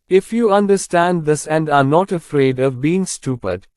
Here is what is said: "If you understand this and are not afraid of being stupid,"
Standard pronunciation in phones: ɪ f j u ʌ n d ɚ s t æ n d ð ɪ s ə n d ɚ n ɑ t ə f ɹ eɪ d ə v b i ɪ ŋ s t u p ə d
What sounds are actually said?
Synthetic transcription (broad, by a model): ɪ f j u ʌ n d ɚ s t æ n d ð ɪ s ə n d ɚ n ɑ t ə f ɹ eɪ d ə v b i ɪ ŋ s t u p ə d